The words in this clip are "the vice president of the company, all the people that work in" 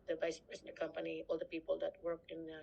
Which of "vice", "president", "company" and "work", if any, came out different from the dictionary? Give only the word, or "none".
president